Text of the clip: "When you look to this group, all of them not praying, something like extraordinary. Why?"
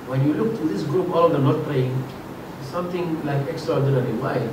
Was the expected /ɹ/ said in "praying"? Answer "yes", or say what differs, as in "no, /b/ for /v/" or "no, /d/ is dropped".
no, /l/ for /ɹ/